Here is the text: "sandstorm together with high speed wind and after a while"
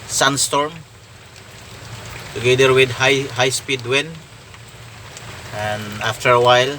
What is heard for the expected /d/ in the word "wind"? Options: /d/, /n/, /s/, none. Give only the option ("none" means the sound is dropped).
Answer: none